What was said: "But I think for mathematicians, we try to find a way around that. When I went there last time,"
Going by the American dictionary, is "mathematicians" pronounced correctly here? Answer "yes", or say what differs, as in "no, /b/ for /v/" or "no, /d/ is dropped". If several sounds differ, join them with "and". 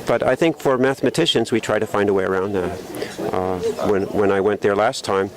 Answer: yes